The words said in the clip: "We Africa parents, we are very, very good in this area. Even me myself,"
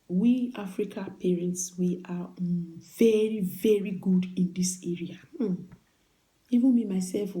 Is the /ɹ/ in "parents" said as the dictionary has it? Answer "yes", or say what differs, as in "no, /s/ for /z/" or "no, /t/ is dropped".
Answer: yes